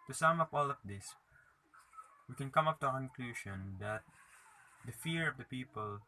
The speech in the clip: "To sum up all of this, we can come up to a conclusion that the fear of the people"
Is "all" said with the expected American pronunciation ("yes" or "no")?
yes